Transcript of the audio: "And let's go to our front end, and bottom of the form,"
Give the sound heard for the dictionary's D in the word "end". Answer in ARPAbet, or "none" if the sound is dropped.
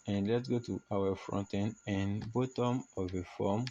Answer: none